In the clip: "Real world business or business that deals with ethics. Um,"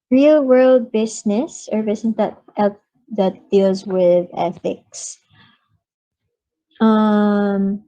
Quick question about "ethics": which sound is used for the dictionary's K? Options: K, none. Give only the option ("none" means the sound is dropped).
K